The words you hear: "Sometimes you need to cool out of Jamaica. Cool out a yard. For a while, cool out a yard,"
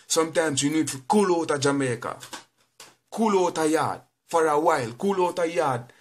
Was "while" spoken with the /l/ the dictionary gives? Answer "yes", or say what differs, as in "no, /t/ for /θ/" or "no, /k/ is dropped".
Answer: yes